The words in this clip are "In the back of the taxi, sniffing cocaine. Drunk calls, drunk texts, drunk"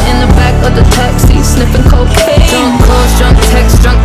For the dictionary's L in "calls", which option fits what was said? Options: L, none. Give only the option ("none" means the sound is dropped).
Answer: none